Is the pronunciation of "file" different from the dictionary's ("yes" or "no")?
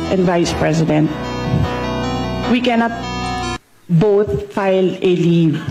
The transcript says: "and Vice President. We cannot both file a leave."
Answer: no